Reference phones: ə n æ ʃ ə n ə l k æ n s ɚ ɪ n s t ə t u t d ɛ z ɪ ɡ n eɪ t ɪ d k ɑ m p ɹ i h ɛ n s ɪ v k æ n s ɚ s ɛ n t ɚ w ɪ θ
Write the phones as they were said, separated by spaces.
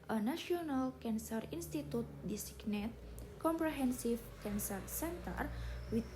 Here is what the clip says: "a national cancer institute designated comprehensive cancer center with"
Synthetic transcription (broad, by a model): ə n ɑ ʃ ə n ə l k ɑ n s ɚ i n s t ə t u t d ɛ s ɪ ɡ n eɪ t k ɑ m p ɹ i h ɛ n s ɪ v k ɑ n s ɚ s ɛ n t ɚ w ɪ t